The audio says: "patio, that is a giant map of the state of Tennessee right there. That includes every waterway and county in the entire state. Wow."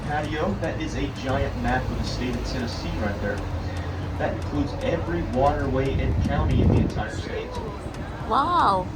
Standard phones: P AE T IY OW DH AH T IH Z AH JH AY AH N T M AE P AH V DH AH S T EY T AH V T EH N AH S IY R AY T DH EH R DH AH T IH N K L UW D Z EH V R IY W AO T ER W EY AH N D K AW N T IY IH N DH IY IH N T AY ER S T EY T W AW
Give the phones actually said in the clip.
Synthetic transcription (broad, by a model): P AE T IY OW DH AH T IH Z AH JH AY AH N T M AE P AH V DH AH S T EY T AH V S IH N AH S IY R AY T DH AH R DH AH T IH N K L UW D Z EH V R IY W AO T ER W EY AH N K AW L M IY IH N DH IY IH N T AY ER S T EY T W AW